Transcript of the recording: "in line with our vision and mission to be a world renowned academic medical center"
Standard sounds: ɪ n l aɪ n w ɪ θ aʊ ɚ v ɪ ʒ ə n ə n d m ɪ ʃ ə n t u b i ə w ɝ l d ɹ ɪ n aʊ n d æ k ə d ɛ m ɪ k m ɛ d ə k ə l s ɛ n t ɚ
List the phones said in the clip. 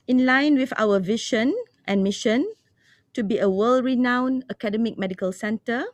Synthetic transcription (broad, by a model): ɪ n l aɪ n w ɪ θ aʊ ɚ v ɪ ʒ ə n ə n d m ɪ ʃ ə n t u b i ə w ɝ l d ɹ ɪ n aʊ n ʌ k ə d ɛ m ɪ k m ɛ d ə k ə l s ɛ n t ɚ